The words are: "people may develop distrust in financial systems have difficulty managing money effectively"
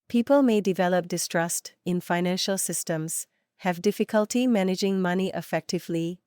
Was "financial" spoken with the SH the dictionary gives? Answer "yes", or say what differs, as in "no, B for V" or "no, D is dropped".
yes